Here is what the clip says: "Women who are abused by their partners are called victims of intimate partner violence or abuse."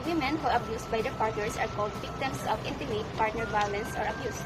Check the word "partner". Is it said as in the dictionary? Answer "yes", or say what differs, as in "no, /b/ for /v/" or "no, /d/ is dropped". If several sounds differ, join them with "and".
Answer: yes